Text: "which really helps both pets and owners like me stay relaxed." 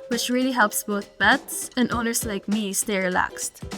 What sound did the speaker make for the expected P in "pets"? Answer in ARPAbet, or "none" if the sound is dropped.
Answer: B